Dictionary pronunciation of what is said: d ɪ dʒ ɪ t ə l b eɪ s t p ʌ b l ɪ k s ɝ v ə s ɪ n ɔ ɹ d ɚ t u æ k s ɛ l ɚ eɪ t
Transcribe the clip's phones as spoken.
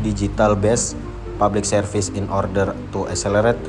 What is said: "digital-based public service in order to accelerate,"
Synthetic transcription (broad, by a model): d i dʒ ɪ t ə l b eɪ s p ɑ b l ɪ k s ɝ f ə s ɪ n ɔ ɹ d ɚ t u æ k s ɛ l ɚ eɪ t